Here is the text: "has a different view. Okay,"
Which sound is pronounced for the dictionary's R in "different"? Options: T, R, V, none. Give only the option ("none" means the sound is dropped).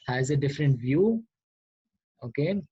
R